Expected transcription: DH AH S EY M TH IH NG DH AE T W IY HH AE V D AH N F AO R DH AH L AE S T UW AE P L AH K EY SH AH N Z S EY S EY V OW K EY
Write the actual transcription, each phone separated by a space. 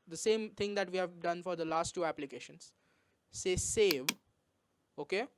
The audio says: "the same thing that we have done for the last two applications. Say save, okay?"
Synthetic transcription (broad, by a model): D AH S EY M T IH NG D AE T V IY HH AE V D AH N F AO R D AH L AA S T UW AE P L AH K EY SH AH N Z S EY S EY V OW K EY